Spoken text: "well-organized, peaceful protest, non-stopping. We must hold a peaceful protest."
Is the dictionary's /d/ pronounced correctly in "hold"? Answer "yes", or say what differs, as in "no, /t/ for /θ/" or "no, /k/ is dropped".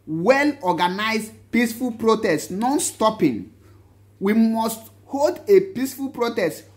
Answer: yes